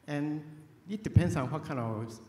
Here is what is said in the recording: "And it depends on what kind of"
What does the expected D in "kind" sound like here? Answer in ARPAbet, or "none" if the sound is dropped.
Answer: none